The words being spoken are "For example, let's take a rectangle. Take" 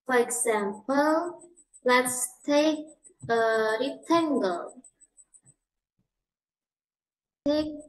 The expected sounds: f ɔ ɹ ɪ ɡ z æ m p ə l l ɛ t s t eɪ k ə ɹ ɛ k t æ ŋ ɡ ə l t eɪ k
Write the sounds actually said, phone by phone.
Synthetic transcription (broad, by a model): f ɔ ɹ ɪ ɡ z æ m p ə l l ɛ t s t eɪ k ə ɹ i t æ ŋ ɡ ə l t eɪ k